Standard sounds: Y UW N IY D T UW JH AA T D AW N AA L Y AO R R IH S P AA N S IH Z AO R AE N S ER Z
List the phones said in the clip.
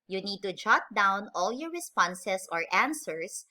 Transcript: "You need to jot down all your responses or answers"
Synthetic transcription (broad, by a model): Y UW N IY D T UW JH AA T D AW N AA L Y AO R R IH S P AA N S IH S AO R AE N S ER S